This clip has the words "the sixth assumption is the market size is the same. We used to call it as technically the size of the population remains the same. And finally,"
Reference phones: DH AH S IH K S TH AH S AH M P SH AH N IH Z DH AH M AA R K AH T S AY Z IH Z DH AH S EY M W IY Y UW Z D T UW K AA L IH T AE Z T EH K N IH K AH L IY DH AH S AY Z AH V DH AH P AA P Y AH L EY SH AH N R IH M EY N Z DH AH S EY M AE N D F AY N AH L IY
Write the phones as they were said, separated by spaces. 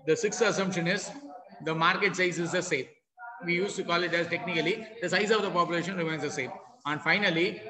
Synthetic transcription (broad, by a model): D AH S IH K S T AH S AH M P SH AH N IH Z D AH M AA R K AH T S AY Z IH Z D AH S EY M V IY Y UW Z T UW K AA L IH T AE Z T EH K N IH K AH L IY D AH S AY Z AH V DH AH P AA P Y AH L EY SH AH N R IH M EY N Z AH S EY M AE N D F AY N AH L IY